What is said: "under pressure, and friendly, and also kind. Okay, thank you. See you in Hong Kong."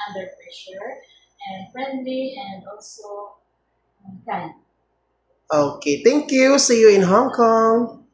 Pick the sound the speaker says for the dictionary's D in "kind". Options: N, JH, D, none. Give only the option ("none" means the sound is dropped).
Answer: none